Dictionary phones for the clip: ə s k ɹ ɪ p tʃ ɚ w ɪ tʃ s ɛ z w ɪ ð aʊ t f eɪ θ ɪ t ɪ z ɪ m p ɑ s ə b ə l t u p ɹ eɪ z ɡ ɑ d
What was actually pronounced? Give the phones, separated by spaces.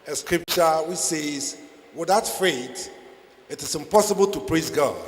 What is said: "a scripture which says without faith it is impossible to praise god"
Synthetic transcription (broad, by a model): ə s k ɹ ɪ p tʃ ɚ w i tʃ s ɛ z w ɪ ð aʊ t f eɪ t ɪ t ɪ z ɪ m p ɑ s ə b ə l t u p ɹ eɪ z ɡ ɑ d